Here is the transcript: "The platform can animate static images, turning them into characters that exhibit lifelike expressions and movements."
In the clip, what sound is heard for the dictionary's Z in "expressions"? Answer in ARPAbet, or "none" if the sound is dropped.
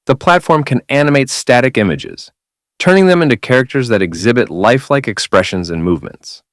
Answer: Z